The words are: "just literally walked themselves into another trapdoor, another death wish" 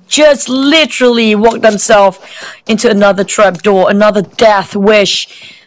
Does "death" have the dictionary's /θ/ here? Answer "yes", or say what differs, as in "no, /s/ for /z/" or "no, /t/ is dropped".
yes